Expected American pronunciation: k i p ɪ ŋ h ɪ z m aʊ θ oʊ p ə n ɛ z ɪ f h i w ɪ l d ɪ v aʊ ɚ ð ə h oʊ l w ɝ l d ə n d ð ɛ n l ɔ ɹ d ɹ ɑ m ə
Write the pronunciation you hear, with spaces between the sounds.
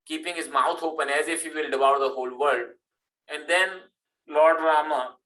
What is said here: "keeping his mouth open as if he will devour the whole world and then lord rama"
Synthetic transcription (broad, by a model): k i p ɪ ŋ h ɪ z m aʊ t oʊ p ə n ɛ z ɪ f h i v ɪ l d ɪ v aʊ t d ə h oʊ l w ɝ l d ə n d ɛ n l ɔ ɹ d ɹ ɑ m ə